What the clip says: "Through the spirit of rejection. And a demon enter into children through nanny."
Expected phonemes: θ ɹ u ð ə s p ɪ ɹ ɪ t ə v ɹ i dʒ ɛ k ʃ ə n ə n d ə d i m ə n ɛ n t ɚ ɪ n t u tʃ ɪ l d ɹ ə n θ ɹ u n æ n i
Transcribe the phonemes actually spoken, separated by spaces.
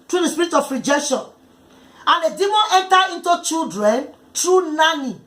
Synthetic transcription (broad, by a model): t ɹ u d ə s p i ɹ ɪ t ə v ɹ i dʒ ɛ k ʃ ə n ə n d ə d i m ə n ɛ n t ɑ ɪ n t u tʃ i l d ɹ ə n t ɹ u n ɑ n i